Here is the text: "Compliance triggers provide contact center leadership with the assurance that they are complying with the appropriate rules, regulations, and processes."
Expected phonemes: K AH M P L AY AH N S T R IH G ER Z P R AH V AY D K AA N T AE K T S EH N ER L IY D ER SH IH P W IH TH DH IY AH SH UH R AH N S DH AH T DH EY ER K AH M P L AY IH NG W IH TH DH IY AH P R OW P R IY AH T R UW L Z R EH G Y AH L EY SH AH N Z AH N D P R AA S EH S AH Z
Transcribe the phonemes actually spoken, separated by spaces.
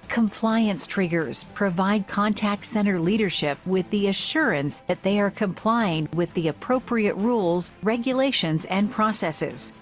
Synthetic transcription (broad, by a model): K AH M P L AY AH N S T R IH G ER Z P R AH V AY D K AA N T AE K T S EH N ER L IY D ER SH IH P W IH DH IY AH SH UH R AH N S DH AH T DH EY ER K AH M P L AY IH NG W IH DH IY AH P R OW P R IY AH T R UW L Z R EH G Y AH L EY SH AH N Z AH N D P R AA S EH S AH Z